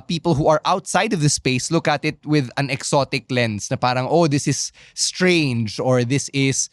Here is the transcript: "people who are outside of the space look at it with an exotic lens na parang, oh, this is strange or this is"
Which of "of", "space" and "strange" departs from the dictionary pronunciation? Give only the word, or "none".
none